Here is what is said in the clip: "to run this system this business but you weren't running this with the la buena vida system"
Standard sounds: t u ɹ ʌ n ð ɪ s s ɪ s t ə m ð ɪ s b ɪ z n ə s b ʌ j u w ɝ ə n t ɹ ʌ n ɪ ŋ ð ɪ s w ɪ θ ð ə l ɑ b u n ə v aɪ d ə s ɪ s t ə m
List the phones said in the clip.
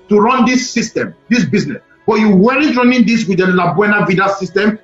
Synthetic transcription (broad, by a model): t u ɹ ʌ n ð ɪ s s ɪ s t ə m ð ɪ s b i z n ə s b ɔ j u w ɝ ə t ɹ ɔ n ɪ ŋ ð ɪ s w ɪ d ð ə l ɑ b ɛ n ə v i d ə s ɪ s t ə m